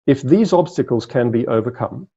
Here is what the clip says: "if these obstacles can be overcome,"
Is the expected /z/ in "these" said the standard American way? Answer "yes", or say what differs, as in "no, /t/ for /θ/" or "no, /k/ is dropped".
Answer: yes